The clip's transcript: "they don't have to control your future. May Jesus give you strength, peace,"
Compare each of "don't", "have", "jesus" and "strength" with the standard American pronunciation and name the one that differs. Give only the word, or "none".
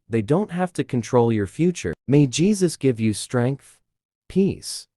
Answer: have